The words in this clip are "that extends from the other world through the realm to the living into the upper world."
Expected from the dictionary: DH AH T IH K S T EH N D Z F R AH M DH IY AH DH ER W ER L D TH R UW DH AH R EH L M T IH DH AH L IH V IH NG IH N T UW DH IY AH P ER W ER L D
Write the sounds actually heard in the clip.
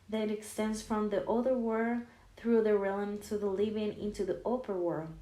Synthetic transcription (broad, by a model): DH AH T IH K S T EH N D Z F R AH M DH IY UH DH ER W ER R TH R UW DH AH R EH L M T IH DH AH L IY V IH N IH N T UW DH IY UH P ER W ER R